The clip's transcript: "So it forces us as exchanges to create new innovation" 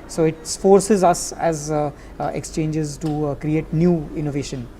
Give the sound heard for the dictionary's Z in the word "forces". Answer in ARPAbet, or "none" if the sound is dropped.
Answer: Z